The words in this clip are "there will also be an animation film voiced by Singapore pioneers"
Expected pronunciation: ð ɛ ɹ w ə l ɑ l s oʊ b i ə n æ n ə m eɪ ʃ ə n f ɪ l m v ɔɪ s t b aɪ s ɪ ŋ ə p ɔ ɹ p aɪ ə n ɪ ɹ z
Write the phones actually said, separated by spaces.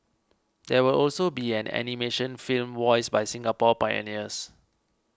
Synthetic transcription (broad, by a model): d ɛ w ə l ɑ l s oʊ b i ə n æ n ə m eɪ ʃ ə n f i l m w ɔɪ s b aɪ s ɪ ŋ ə p ɔ p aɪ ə n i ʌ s